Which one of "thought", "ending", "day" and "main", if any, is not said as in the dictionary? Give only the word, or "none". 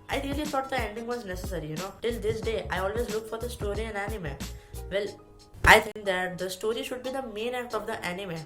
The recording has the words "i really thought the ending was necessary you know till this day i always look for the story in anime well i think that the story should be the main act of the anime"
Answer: thought